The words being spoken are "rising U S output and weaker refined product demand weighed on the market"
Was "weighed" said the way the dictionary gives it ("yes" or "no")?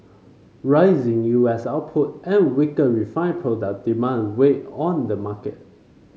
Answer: no